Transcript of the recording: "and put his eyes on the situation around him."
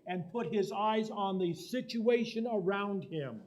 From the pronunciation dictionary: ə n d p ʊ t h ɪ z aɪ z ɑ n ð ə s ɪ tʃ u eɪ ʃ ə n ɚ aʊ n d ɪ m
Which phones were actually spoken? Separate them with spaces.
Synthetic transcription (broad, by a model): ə n p ʊ t h ɪ z aɪ z n ð ə s ɪ tʃ u eɪ ʃ ə n ɚ aʊ n d ɪ m